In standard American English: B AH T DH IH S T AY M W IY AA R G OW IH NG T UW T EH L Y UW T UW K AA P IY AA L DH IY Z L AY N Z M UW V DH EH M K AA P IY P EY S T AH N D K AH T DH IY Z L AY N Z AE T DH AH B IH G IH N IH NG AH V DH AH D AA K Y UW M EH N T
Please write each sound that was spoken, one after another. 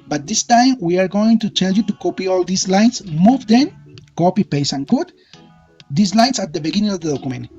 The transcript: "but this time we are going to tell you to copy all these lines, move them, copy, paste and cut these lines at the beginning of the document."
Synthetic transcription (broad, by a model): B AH T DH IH S T AY M W IY AA R G OW IH NG T UW T EH L Y UW T UW K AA P IY AA L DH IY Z L AY N S M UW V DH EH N K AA P IY P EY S AH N K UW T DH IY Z L AY N S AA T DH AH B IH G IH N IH NG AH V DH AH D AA K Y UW M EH N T